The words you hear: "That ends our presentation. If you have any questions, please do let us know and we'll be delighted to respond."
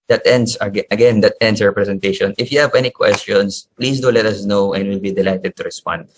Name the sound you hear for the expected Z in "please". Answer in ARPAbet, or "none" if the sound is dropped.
S